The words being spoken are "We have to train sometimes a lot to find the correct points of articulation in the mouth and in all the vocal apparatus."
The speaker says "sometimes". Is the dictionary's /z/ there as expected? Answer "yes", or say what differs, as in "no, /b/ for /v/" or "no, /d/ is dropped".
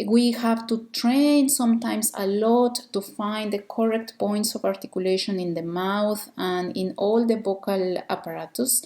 no, /s/ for /z/